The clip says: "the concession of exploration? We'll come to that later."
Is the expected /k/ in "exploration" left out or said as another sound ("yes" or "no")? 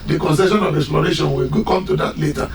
no